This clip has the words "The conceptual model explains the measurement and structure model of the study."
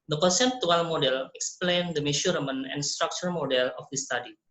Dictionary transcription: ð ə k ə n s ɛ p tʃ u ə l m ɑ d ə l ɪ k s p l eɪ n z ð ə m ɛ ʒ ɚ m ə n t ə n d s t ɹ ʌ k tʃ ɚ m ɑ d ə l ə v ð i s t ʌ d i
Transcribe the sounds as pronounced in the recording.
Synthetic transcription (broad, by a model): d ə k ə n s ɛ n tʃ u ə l m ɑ d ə l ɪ k s p l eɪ n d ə m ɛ ʃ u m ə n ə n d s t ɹ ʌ k tʃ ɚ m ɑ d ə l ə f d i s t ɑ d i